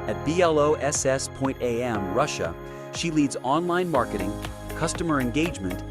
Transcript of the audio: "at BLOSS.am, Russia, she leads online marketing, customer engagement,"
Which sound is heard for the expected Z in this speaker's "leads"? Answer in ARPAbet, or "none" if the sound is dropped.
Z